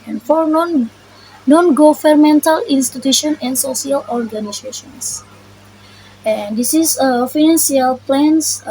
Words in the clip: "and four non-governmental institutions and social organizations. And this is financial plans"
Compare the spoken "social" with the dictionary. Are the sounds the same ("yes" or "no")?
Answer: no